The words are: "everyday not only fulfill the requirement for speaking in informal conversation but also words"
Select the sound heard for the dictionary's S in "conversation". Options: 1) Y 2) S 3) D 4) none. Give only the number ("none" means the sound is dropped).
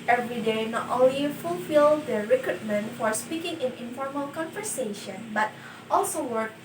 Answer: 2